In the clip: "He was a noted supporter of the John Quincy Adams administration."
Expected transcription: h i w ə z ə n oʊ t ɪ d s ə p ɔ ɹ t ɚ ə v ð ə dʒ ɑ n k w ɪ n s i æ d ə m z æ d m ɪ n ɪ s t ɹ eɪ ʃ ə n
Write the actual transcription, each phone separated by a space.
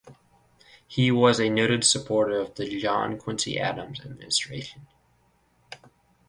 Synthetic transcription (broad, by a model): h i w ə z ə n oʊ t ɪ d s ə p ɔ ɹ t ɚ ə v ð ə dʒ ɑ n k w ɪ n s i æ d ə m z æ d m ɪ n ɪ s t ɹ eɪ ʃ ə n